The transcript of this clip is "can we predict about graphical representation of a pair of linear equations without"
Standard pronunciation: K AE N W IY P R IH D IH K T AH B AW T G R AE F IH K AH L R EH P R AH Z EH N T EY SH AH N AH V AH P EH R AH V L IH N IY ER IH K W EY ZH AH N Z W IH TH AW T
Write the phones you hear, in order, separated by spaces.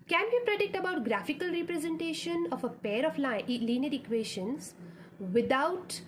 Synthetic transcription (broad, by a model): K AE N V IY P R IH D IH K T AH B AW T G R AE F IH K AH L R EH P R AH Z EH N T EY SH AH N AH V AH P EH R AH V L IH L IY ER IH K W EY SH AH N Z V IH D AW T